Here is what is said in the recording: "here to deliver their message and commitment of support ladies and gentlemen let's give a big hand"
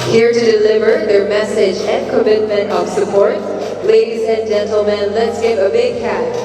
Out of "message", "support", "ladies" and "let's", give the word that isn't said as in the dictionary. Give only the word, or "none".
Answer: none